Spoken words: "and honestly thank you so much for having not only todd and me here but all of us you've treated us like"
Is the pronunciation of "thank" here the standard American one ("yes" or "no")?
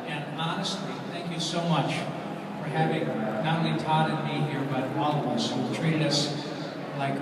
yes